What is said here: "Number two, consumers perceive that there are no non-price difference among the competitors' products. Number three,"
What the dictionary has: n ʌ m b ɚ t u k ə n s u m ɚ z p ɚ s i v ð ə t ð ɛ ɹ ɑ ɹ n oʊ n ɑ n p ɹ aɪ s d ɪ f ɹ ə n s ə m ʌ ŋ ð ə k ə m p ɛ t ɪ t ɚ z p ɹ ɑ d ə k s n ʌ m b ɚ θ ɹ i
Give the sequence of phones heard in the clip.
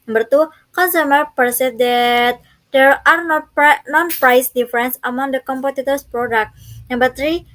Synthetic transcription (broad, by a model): n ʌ m b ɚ t u k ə n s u m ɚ p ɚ s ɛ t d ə t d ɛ ɹ ɑ ɹ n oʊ n ɑ n p ɹ aɪ s d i f ɹ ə n s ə m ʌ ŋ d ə k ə m p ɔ t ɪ t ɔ s p ɹ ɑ d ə k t n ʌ m b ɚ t ɹ i